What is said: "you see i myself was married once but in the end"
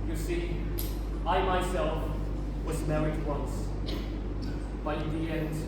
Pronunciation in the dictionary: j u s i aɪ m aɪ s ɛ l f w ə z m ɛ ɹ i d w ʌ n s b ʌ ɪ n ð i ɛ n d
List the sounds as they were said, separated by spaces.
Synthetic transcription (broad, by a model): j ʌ s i aɪ m aɪ s ɛ l f w ə z m ɛ ɹ i d w ʌ n s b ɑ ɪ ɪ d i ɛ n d